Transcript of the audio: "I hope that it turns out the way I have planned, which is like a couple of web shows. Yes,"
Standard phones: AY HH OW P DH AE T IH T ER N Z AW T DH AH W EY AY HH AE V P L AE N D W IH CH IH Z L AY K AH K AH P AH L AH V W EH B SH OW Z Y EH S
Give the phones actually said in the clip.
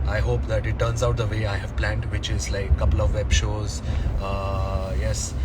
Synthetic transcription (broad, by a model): AY HH OW P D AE T IH T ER N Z AW T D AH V EY AY HH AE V P L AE N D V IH CH IH Z L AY AH K AH P AH L AH V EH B SH OW Z Y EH S